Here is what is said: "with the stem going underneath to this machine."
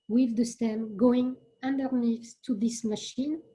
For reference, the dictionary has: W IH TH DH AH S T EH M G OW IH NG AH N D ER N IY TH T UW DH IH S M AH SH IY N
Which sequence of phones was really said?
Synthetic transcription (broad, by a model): W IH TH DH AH S T EH M G OW IH NG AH N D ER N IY S T UW DH IH S M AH SH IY N